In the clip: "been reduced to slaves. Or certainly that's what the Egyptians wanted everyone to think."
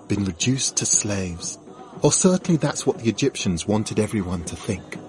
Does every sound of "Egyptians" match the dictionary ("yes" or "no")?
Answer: yes